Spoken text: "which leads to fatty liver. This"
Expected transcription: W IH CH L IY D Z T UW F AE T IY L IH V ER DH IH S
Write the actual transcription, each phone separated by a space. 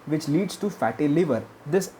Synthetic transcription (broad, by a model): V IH CH L IY D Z T UW F AE T IY L IH V ER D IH S